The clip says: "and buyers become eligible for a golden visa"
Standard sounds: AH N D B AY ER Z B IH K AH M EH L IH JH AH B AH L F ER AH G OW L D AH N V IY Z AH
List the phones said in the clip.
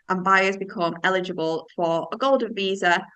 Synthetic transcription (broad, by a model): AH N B AY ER Z B IH K AH M EH L IH JH AH B AH L F ER AH G OW L D AH N V IY Z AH